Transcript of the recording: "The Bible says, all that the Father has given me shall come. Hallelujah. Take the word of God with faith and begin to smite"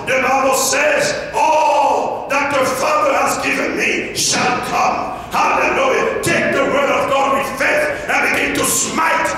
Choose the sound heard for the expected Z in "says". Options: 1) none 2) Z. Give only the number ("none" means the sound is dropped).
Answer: 2